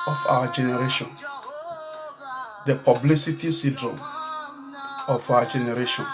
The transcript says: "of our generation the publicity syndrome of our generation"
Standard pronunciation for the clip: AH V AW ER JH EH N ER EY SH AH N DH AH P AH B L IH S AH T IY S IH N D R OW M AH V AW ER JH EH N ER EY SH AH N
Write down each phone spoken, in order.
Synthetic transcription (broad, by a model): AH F AW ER JH EH N ER EY SH AH N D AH P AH B L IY S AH T IY S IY D R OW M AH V AW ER JH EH N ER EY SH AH N